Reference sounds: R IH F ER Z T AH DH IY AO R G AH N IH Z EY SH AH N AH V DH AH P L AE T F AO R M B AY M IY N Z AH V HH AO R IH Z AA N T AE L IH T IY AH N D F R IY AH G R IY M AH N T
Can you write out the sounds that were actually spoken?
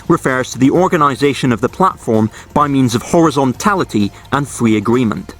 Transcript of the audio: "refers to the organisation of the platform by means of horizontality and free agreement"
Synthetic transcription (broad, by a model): R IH F ER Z T AH DH IY AO R G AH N IH Z EY SH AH N AH V DH AH P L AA T F AO R M B AY M IY N Z AH V HH AO R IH Z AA N T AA L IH T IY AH N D F R IY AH G R IY M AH N T